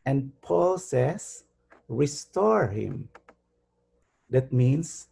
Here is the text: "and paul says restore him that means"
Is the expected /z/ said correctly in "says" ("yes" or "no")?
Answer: no